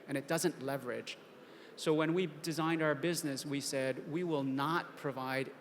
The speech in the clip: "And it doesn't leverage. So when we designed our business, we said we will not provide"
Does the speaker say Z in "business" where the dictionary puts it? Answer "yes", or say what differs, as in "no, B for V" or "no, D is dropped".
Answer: yes